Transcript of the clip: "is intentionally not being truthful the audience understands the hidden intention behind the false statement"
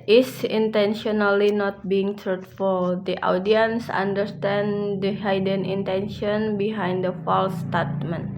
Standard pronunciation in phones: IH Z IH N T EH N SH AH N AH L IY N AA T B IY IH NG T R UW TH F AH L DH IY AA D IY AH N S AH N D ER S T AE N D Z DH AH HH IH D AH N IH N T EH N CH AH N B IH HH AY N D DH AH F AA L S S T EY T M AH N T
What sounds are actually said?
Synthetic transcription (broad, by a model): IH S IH N T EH N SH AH N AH L IY N AA T B IY IH NG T R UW T F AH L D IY AA D IY AH N S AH N D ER S T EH N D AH HH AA D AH N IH N T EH N SH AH N B IH HH AY N D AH F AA L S S T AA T M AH N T